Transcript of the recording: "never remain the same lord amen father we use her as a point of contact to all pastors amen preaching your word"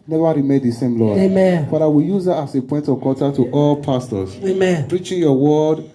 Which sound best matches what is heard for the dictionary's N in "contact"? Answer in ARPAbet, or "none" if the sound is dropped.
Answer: none